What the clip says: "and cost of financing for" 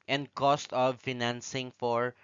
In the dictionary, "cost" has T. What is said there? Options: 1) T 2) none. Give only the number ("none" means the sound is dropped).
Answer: 1